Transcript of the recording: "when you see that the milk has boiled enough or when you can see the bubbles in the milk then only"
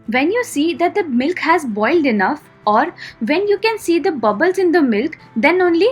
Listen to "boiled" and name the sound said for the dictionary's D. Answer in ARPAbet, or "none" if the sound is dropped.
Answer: D